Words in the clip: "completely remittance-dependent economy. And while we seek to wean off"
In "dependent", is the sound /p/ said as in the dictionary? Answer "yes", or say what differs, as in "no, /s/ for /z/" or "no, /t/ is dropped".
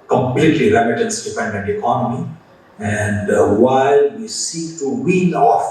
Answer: no, /f/ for /p/